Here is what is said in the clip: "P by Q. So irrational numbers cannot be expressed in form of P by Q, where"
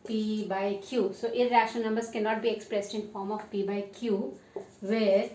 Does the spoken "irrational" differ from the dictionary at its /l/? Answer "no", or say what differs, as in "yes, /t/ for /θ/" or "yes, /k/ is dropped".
yes, /n/ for /l/